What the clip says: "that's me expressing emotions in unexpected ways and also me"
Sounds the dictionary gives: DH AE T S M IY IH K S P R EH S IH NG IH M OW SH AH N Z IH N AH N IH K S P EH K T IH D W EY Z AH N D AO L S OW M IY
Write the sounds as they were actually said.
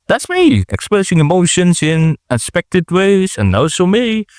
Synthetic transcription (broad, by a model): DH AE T S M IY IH K S P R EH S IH NG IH M OW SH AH N S IH N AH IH S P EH K T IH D W EY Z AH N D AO S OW M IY